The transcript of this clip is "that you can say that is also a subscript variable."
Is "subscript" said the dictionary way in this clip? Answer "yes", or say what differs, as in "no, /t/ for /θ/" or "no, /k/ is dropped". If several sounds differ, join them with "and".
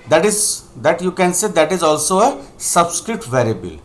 no, /p/ is dropped